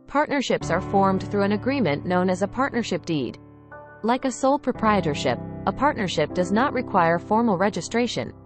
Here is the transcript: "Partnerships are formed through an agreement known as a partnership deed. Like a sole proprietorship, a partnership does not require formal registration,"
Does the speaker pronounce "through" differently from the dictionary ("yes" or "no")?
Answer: no